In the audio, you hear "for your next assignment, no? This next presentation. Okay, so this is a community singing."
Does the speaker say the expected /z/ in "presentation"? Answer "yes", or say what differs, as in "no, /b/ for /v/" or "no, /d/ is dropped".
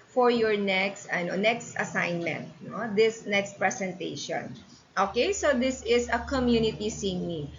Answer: no, /s/ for /z/